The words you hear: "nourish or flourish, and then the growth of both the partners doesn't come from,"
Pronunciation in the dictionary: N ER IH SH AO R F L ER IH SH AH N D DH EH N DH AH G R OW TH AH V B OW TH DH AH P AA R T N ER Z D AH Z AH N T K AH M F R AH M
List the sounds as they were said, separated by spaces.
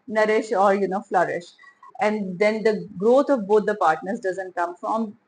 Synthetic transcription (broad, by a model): N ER IH SH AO R F L ER IH SH AH N D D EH N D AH G R OW T AH V B OW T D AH P AA R T N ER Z D AH Z AH N T K AH M F R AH M